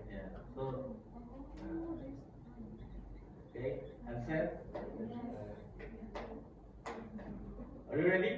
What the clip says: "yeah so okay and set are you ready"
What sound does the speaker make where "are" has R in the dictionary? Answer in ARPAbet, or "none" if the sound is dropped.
L